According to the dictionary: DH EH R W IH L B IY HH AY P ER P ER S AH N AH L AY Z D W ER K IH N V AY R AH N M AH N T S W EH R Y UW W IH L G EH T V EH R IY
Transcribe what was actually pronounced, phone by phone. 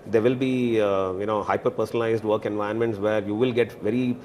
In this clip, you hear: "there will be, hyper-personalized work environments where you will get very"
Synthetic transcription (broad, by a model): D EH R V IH L B IY HH AY P ER P ER S AH N AH L AY Z D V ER K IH N V AY AH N M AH N T S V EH R Y UW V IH L G EH T V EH R IY